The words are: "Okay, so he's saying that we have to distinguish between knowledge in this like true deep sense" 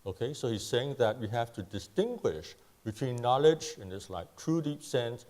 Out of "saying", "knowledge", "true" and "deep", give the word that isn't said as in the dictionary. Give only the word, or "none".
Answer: none